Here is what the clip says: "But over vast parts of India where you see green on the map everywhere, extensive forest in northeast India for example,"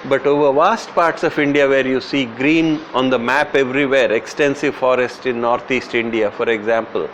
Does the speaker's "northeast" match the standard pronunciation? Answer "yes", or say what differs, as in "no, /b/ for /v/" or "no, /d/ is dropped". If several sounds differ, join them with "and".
no, /t/ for /θ/